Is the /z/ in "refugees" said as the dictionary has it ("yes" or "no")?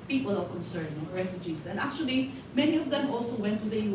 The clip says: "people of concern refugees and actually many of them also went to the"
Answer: no